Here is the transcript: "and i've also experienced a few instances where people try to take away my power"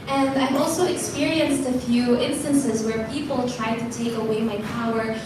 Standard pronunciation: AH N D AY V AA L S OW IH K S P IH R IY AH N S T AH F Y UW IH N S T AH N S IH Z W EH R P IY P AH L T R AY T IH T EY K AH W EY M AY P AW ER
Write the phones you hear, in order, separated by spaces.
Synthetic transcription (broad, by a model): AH N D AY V AA L S OW IH K S P IH R IY AH N S T AH F Y UW IH N S T AH N S IH Z W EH R P IY P L T R AY T IH T EY K AH W EY M AY P AW ER